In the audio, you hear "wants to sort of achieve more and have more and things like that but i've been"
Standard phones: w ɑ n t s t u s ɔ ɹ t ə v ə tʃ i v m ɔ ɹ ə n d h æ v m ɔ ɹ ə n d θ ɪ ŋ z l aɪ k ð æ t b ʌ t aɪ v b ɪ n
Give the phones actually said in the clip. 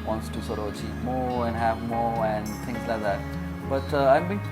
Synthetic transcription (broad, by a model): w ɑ n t s t u s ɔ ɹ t ə v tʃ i p m ɔ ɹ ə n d h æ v m ɔ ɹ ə n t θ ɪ ŋ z l aɪ k ð æ t b ʌ t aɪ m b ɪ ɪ